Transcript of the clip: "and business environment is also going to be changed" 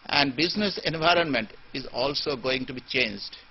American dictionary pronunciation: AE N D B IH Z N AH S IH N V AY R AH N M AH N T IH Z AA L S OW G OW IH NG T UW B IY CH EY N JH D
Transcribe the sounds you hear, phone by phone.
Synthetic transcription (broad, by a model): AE N D B IH Z N AH S IH N V AY R AH N M AH N T IH Z AA L S OW G OW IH NG T UW B IY CH EY N JH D